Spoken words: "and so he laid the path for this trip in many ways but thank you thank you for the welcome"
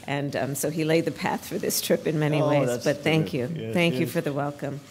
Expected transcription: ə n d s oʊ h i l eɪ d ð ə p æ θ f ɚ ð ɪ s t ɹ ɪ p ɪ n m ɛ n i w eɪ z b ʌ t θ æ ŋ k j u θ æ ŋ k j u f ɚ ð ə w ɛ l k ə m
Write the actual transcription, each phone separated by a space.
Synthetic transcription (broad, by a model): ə n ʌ s oʊ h i l eɪ d ð ə p æ θ f ɚ ð ɪ s t ɹ ɪ p ɪ n m ɛ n i w eɪ z b ʌ t θ æ ŋ k j u θ æ ŋ k j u f ɚ ð ə w ɛ l k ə m